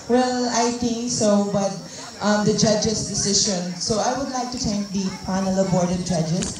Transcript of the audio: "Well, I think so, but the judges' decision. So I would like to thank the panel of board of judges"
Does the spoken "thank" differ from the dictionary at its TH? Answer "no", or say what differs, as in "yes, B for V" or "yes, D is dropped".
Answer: yes, T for TH